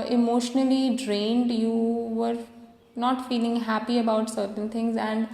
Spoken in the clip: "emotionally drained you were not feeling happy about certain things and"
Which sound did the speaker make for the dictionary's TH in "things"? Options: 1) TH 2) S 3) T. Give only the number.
3